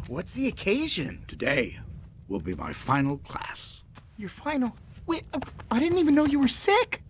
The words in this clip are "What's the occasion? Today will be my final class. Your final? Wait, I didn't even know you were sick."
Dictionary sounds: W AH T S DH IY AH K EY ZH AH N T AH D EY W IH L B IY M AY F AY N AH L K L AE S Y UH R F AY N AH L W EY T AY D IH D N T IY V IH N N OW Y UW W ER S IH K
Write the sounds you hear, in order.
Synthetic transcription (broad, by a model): W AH T S DH IY AH K EY ZH AH N T AH D EY W IH L B IY M AY F AY N L K L AE S Y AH R F AY N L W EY AY D IH D N T IY V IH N N OW Y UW W ER S IH K